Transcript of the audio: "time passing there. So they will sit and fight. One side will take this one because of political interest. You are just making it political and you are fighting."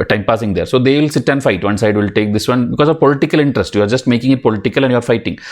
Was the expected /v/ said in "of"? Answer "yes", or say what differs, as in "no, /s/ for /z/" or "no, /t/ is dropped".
yes